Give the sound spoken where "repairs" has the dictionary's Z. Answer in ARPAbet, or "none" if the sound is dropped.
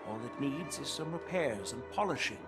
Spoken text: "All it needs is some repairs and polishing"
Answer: Z